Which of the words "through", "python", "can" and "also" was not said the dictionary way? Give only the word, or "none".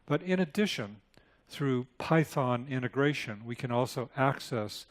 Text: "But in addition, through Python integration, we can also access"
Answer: none